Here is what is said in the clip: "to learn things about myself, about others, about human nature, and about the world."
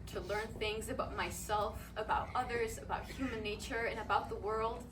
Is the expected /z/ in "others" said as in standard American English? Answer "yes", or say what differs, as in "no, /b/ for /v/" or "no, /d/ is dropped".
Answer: yes